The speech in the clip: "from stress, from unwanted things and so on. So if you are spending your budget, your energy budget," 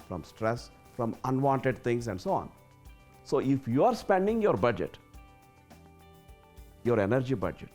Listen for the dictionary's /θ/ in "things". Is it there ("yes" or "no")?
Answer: no